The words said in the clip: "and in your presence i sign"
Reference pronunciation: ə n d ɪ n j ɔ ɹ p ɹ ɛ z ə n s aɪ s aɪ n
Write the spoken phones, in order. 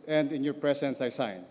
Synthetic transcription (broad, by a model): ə n d ɪ n j ɔ ɹ p ɹ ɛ s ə n s aɪ s aɪ n